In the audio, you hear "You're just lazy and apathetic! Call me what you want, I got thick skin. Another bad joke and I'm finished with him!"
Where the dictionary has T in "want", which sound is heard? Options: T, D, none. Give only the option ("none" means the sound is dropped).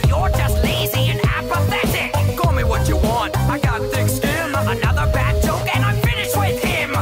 T